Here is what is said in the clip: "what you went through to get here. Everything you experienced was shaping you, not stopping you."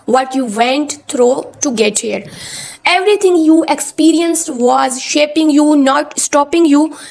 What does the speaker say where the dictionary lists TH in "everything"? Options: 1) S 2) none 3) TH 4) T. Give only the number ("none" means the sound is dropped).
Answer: 4